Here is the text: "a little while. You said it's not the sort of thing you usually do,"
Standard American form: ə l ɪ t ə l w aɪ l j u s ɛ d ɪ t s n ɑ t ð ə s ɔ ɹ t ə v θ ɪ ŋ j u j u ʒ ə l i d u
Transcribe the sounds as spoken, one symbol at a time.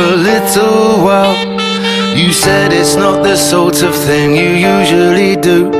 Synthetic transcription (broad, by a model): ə l ɪ t l w aɪ l j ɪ s ɛ d ɪ t s n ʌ t ð ə s ɔ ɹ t ə v θ ɪ ŋ j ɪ j u ʒ ə l i d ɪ